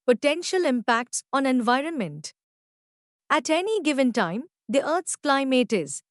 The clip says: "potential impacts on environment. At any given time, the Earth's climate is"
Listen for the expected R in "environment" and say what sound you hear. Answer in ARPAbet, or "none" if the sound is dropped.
R